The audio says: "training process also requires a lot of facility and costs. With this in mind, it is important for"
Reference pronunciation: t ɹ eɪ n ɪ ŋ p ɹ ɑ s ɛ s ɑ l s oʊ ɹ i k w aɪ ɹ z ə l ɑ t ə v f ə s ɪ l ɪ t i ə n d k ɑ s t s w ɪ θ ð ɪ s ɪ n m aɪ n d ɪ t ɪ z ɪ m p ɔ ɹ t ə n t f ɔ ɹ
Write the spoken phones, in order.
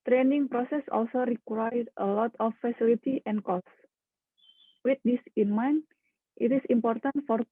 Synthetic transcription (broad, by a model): t ɹ eɪ n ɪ ŋ p ɹ ɑ s ɛ s ɑ l s oʊ ɹ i k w aɪ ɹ ə l ɑ t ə f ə s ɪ l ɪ t i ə n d k ɑ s s w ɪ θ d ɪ s ɪ n m aɪ n ɪ t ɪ s ɪ m p ɔ ɹ t ə n t f ɔ ɹ